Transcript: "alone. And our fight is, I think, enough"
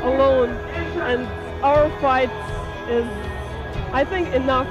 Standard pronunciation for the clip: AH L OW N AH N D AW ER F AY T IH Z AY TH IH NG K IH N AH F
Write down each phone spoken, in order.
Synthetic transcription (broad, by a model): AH L OW N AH N AW ER F AY T IH Z AY TH IH NG K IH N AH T